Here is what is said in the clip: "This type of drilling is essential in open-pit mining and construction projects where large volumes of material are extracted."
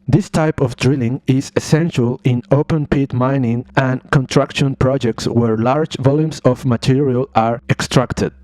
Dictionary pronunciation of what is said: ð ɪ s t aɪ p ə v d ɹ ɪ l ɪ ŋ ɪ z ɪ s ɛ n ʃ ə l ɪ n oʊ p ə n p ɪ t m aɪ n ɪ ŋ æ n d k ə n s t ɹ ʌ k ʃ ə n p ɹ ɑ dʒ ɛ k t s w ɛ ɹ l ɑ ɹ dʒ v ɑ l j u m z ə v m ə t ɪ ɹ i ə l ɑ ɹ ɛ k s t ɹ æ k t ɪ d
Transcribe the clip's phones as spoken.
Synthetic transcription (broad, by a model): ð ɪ s t aɪ p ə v d ɹ ɪ l ɪ ŋ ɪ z ɪ s ɛ n ʃ ə l ɪ n oʊ p ə n p ɪ t m aɪ n ɪ ŋ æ n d k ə n t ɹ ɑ k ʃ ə n p ɹ ɑ dʒ ɛ k t s w ɛ ɹ l ɑ ɹ dʒ v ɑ l j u m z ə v m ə t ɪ ɹ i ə l ɑ ɹ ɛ k s t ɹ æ k t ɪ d